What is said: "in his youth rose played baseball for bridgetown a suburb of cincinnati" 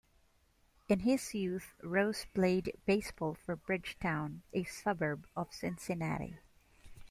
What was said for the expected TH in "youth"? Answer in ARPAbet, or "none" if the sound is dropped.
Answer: TH